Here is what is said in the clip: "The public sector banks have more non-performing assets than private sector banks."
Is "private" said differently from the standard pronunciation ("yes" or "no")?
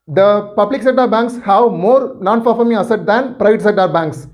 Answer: no